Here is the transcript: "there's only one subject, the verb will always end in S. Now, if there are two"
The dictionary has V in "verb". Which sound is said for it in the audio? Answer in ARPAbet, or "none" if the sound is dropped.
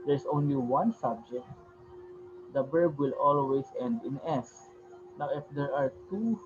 B